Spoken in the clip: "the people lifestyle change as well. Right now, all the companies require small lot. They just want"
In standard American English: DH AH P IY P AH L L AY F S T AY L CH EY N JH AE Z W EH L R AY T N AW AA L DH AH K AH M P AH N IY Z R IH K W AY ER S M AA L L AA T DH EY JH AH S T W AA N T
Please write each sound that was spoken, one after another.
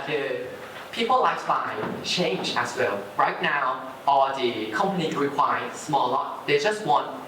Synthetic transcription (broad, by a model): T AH P IY P AH L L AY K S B AY CH EY N JH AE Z W EH L R AY T N AW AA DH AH K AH M P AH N IY R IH K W AY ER S M AA L L AA T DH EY JH AH S T W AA N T